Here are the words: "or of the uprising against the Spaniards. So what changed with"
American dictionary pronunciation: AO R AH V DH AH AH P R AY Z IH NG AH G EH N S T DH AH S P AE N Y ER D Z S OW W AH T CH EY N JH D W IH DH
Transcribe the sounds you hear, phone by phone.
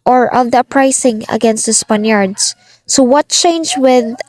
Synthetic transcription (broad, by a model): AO R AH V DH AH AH P R AY S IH NG AH G EH N S T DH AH S P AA N Y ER D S S OW W AH T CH EY N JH W IH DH